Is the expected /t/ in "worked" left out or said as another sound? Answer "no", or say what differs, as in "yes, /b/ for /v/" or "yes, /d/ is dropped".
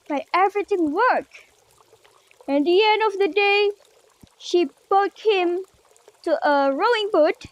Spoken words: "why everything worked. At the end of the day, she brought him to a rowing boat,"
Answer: yes, /t/ is dropped